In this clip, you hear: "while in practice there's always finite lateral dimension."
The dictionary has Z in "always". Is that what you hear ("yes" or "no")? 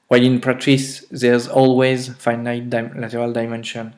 yes